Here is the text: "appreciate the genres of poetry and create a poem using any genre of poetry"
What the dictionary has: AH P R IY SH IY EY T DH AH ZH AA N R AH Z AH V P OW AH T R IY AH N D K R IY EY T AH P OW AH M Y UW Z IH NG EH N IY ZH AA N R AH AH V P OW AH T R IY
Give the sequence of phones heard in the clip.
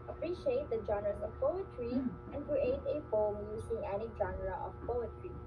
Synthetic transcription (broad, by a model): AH P R IY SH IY EY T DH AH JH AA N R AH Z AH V P OW AH T R IY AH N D K R IY EY T AH F OW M Y UW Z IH NG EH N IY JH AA N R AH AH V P OW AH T R IY